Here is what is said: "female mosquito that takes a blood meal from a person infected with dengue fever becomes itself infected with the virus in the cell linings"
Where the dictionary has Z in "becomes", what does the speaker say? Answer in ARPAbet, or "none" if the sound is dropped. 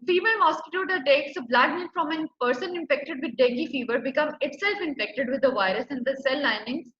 none